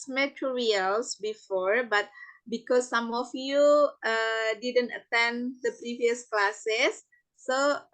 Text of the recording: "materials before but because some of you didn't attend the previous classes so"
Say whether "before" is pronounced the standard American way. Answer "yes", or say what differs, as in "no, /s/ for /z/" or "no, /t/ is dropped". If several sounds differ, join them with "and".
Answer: yes